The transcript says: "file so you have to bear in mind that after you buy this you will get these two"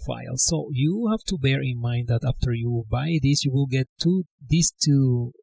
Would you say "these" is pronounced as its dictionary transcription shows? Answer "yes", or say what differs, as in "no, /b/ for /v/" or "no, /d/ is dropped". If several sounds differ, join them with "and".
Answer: no, /s/ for /z/